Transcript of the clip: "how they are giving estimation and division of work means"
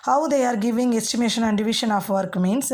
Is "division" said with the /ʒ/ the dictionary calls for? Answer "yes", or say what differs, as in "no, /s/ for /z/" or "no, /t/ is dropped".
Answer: no, /ʃ/ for /ʒ/